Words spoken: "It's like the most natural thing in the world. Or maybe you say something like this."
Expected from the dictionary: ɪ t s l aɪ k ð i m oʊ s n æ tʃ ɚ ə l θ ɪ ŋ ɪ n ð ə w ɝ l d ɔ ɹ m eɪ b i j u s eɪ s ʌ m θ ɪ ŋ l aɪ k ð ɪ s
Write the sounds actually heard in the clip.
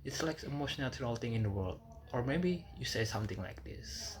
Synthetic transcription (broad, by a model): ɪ t s l aɪ k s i m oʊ ʃ n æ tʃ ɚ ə l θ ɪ ŋ ɪ n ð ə w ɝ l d ɔ ɹ m eɪ b i j u s eɪ s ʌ m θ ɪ ŋ l aɪ k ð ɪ s